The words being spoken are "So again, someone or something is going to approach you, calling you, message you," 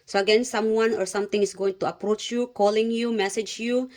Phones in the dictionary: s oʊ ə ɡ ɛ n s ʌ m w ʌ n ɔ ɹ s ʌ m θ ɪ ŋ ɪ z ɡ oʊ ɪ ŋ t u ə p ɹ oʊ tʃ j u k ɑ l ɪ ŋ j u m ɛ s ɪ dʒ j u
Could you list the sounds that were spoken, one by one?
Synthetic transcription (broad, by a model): s oʊ ə ɡ ɛ n s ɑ m w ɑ n ɔ ɹ s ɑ m t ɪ ŋ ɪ s ɡ oʊ ɪ ŋ t u ə p ɹ oʊ tʃ j u k ɑ l ɪ ŋ j u m ɛ s ɪ dʒ j u